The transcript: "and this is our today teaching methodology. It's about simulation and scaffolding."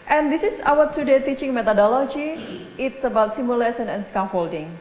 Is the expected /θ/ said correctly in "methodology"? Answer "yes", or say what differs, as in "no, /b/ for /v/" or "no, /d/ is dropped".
no, /t/ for /θ/